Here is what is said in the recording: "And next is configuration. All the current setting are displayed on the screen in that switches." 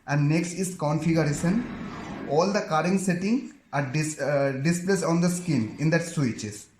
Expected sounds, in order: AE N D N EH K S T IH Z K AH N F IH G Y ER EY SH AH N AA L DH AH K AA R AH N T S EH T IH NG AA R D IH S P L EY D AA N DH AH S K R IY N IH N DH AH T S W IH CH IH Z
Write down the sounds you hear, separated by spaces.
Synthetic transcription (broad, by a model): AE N D N EH K S T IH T K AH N F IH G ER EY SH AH N AA L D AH K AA R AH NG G S EH T IH NG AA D D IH S P L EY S AA N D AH S K IY N IH N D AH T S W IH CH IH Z